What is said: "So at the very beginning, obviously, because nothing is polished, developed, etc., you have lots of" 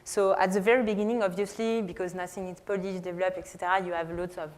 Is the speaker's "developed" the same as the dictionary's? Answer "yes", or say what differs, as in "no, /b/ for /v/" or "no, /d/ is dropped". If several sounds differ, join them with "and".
no, /t/ is dropped